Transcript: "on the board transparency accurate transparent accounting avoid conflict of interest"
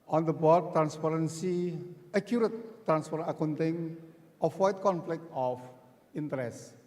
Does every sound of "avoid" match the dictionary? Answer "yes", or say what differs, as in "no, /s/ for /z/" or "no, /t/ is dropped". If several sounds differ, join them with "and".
no, /w/ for /v/